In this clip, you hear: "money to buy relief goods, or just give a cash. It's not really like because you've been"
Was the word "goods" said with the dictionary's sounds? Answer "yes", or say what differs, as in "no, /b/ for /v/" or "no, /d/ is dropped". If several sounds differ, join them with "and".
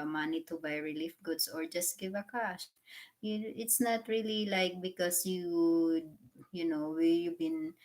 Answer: no, /s/ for /z/